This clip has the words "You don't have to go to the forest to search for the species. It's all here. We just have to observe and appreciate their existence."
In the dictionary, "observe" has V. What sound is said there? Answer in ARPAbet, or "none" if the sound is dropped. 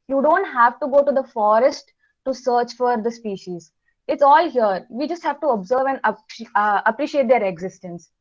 V